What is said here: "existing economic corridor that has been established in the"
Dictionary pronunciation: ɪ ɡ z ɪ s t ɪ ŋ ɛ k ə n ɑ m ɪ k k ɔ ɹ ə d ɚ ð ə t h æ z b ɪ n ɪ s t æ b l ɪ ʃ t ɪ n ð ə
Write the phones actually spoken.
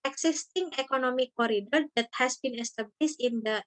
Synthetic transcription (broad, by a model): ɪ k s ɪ s t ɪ ŋ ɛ k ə n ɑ m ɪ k k ɔ ɹ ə d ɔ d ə t h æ s b ɪ n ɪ s t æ b l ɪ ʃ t ɪ n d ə